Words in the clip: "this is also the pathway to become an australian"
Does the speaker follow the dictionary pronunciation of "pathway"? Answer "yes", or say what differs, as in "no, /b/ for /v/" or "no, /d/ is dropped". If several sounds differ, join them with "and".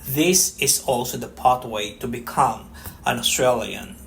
no, /t/ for /θ/